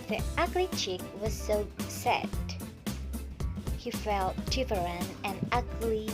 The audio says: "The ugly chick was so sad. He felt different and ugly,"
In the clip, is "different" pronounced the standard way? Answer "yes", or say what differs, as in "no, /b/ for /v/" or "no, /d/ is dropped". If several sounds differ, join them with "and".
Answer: no, /f/ is dropped